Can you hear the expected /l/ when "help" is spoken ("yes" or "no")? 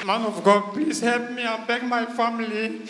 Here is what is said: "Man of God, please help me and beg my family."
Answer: yes